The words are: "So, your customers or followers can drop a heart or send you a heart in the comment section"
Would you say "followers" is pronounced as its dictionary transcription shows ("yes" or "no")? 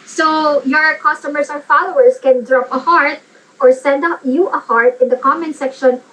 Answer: no